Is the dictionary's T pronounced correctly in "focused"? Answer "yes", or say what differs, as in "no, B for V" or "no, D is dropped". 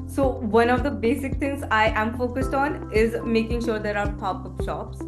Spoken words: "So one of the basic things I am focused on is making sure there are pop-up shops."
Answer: yes